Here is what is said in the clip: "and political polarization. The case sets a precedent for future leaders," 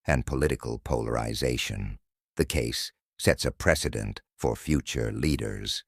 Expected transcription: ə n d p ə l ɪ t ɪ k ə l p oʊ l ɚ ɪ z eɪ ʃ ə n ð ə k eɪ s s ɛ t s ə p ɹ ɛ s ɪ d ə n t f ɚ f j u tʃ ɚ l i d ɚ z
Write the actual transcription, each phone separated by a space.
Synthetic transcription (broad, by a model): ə n p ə l ɪ t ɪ k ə l p oʊ l ɚ ɪ z eɪ ʃ ə n ð ə k eɪ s s ɛ t s ə p ɹ ɛ s ɪ d ə n t f ɚ f j u tʃ ɚ l i d ɚ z